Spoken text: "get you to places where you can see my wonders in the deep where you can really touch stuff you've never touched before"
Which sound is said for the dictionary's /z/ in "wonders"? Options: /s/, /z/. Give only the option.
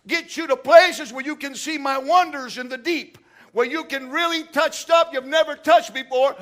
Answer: /z/